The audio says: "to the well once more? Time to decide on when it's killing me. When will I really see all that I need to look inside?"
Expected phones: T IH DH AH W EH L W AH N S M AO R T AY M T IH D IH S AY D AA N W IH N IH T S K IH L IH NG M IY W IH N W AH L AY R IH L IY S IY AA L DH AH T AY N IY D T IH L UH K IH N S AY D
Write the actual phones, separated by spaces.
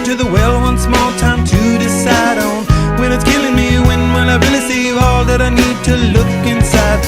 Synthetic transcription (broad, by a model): T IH DH AH W EH L W AH N S M AO L T AY M T IH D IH S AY D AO N W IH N IH T S K IH L IH NG M IY W IH N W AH N AY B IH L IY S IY AA L DH AH T AY N IY D T IH L UH K IH N S AY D